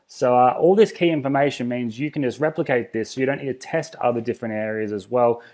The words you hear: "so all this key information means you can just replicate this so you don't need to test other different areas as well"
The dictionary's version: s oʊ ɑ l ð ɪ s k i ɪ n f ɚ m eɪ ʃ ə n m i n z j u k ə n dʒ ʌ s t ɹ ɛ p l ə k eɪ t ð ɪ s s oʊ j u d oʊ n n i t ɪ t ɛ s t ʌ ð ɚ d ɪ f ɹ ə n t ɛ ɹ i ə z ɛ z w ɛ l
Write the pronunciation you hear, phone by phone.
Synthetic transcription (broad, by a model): s oʊ ɑ l ð ɪ s k i ɪ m f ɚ m eɪ ʃ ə n m i n z j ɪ k n dʒ ʌ s t ɹ ɛ p l ə k eɪ t ð ɪ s s oʊ j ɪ d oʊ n n i t ɪ t ɛ s t ʌ ð ɚ d ɪ f ɹ ə n t ɛ ɹ i ə z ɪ z w ɛ l